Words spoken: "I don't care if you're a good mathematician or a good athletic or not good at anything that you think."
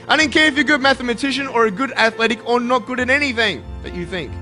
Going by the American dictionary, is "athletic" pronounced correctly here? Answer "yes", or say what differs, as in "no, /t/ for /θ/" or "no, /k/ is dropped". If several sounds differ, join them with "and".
yes